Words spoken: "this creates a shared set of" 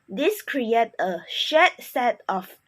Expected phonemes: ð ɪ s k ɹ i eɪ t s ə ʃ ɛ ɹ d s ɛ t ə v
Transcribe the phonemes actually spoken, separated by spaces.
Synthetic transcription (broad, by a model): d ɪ s k ɹ i eɪ t ə ʃ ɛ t s ɛ t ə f